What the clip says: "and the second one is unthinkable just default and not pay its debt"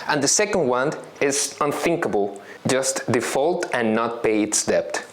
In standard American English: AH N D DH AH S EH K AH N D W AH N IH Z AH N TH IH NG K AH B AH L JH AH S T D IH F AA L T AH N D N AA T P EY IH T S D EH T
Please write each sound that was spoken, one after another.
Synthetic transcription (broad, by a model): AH N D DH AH S EH K AH N D W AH N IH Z AH N TH IH NG K AH B AH L JH AH S T D IH F AA L T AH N N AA T P EY IH T S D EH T